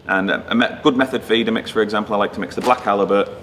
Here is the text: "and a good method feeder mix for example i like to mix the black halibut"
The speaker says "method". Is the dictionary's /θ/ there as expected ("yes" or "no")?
yes